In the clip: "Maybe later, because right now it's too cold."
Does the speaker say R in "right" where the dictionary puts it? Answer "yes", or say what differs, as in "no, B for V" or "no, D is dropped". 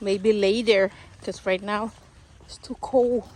yes